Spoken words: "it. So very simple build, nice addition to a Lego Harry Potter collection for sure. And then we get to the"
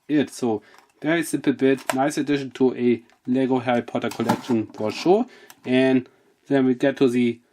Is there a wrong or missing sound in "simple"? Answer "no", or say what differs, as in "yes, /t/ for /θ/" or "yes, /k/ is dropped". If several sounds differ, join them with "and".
yes, /m/ is dropped